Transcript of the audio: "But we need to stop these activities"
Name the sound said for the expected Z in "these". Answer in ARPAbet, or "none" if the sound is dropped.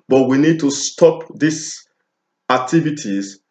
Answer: S